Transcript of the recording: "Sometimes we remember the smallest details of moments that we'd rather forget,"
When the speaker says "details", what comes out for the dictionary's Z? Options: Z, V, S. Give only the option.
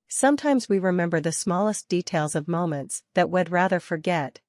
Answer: Z